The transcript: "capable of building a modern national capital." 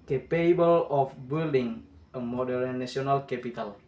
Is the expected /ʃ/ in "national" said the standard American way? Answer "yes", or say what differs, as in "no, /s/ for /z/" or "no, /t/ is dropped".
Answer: no, /ʃ/ is dropped